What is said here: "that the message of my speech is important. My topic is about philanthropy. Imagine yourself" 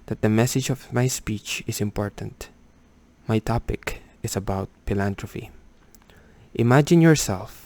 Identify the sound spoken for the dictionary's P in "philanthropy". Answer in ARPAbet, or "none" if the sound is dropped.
F